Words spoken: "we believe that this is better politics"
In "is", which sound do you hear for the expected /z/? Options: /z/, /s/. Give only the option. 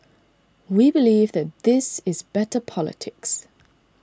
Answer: /z/